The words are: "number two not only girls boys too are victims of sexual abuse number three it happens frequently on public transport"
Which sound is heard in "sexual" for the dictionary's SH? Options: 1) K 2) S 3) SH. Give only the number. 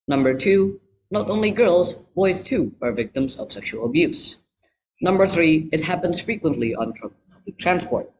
3